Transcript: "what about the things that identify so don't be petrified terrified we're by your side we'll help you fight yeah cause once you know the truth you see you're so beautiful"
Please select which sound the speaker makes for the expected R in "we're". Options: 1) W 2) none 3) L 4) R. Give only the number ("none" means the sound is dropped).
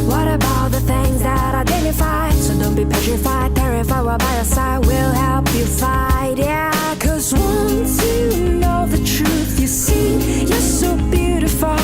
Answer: 3